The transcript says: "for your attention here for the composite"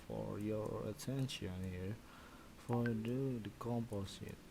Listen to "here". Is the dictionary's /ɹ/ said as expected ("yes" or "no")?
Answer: yes